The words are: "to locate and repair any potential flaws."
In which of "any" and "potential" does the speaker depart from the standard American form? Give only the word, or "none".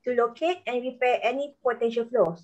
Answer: none